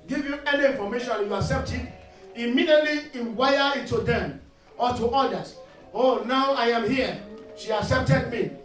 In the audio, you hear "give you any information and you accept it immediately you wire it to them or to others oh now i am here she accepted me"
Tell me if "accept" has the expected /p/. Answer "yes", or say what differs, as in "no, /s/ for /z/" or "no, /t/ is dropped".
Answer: yes